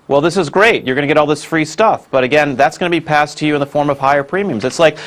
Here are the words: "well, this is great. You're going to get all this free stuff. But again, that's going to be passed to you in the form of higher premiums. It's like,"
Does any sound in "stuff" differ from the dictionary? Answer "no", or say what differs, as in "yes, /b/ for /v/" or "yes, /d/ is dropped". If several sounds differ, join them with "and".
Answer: no